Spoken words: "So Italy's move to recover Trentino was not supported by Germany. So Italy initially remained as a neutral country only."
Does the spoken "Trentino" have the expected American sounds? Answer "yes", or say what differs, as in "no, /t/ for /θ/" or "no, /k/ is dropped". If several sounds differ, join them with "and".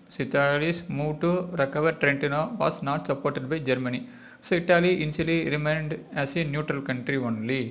yes